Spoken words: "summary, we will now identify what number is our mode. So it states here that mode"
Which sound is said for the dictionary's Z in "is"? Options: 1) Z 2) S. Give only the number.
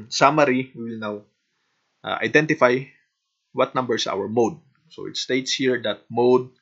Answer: 2